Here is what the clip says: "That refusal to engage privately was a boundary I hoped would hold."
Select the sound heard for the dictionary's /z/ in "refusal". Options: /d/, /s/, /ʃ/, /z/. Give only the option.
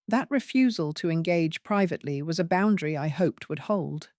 /z/